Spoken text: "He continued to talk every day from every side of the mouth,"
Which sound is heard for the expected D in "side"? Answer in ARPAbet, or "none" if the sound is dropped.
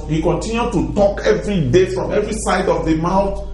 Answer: D